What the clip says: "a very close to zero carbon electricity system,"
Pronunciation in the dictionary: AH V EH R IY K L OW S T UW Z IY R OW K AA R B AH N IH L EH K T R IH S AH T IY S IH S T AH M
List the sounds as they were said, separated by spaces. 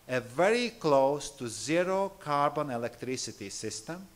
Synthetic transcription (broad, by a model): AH V EH R IY K L OW S T UW Z IY R OW K AA R B AH N IH L EH K T R IH S AH T IY S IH S T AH M